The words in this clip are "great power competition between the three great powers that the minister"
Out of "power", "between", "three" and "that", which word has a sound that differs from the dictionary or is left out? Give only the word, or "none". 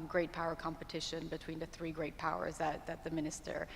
none